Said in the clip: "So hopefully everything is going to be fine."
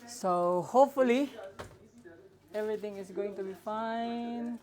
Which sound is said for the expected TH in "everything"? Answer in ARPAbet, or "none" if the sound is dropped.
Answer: T